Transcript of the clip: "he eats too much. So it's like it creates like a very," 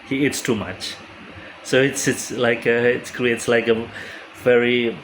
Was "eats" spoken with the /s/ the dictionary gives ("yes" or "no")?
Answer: yes